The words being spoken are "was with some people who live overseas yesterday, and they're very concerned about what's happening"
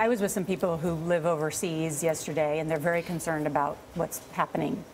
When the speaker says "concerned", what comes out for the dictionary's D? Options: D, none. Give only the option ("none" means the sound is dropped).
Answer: D